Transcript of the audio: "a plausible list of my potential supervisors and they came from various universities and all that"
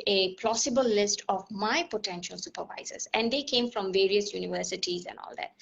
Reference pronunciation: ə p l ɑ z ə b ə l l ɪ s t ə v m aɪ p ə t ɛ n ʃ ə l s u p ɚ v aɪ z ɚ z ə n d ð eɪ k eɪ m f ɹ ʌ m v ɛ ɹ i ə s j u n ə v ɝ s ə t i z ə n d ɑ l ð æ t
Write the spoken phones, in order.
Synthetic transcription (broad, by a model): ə p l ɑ s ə b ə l l ɪ s t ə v m aɪ p ə t ɛ n ʃ ə l s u p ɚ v aɪ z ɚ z ə n d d eɪ k eɪ m f ɹ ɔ m v ɛ ɹ i ə s j u n ə v ɝ s ə t i z ə n d ɑ l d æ t